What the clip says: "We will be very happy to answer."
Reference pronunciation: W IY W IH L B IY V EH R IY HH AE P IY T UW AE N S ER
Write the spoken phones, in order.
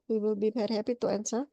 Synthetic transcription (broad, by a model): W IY W IH L B IY B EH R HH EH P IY T UW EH N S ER